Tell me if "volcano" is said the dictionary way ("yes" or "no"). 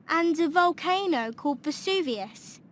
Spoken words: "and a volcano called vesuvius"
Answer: yes